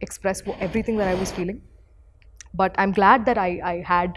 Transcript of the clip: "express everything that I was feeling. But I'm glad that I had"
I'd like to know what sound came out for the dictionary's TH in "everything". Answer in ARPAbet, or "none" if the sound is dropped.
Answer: T